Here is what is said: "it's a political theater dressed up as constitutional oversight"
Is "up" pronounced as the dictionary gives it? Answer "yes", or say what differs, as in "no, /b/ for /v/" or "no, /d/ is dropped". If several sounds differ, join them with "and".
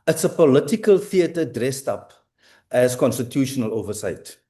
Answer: yes